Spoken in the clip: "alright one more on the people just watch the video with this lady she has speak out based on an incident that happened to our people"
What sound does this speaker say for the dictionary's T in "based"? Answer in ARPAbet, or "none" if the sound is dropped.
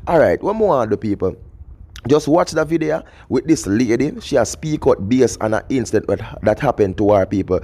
none